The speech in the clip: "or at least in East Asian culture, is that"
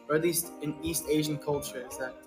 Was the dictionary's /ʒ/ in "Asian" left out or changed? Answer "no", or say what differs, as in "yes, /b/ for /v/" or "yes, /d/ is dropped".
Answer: no